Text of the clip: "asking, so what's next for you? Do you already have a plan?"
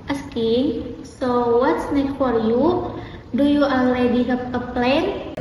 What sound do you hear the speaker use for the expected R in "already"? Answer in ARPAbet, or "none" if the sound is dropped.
L